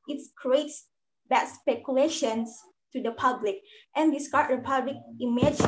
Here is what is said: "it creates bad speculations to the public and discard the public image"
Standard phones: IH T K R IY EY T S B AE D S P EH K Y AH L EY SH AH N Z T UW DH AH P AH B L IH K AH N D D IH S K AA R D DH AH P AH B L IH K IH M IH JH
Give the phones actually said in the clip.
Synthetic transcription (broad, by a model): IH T K R IY EY T S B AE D S P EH K Y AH L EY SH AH N S T UW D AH P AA B L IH K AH N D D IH S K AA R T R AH P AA B L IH K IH M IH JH